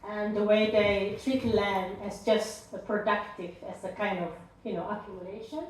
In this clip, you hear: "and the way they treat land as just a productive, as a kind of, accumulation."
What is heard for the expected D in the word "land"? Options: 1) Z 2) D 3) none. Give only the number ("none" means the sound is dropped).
3